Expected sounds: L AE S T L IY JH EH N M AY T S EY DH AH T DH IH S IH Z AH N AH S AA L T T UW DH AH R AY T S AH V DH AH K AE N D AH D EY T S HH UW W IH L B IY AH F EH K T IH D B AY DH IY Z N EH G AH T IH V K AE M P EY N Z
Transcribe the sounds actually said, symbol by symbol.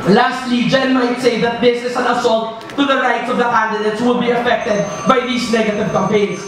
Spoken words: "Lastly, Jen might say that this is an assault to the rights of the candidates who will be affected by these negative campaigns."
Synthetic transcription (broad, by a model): L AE S T L IY JH EH N M AY T S EY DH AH T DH IH S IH S AH N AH S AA L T T UW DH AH R AY T S AH V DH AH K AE N D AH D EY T S W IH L B IY AH F EH K T IH D B AY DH IY S N EH G AH T IH V K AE M P EY N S